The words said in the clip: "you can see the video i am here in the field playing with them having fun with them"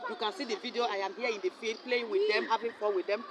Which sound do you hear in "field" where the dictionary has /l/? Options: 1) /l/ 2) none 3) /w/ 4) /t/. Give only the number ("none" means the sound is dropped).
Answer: 2